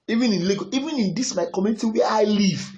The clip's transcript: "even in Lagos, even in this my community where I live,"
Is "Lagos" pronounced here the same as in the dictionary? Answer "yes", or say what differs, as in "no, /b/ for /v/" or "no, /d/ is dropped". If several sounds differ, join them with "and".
no, /s/ is dropped